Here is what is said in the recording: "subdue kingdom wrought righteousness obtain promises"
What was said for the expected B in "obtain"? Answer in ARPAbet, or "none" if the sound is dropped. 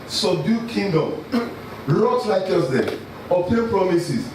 none